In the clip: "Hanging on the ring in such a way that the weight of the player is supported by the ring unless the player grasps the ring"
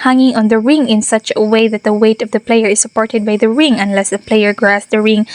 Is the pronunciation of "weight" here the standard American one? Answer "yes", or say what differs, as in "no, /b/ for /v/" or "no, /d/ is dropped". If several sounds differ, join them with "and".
yes